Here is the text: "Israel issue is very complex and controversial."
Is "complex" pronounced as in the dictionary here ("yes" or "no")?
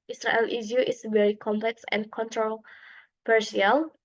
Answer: yes